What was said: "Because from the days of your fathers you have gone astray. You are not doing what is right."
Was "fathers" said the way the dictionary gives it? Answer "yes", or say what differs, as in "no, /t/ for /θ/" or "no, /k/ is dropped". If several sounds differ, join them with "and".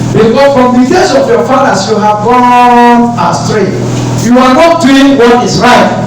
no, /s/ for /z/